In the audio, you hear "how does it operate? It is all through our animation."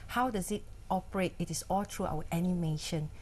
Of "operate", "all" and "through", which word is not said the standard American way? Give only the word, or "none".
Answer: through